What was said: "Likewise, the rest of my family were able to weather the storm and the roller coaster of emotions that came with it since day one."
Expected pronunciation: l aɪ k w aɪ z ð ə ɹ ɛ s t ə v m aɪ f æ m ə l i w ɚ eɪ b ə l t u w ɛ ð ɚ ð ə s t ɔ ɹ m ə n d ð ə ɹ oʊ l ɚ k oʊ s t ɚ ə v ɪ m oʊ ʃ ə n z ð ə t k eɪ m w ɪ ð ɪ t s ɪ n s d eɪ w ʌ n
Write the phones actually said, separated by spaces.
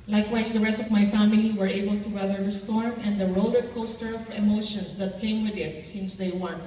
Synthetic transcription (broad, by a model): l aɪ k w aɪ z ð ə ɹ ɛ s t ə v m aɪ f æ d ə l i w ɚ eɪ b ə l t u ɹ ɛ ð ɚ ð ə s t ɔ ɹ m ə n d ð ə ɹ oʊ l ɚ k oʊ s t ɚ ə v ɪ m oʊ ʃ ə n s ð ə t k eɪ m w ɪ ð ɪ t s ɪ n s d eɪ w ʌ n